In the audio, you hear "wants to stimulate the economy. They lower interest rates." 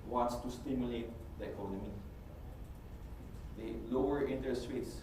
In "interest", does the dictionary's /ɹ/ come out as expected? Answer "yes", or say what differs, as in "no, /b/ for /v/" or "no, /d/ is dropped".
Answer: no, /ɹ/ is dropped